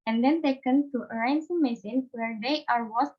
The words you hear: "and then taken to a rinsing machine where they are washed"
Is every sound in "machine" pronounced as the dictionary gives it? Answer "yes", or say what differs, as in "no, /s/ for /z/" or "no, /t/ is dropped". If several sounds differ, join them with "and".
no, /s/ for /ʃ/